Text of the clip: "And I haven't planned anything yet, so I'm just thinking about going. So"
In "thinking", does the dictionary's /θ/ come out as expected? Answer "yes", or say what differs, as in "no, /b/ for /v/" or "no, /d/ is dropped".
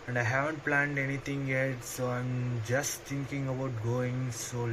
no, /t/ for /θ/